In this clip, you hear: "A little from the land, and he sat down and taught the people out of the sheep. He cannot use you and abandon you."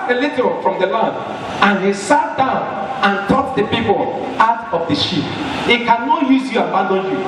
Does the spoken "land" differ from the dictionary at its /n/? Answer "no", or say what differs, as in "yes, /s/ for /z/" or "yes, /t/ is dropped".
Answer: yes, /n/ is dropped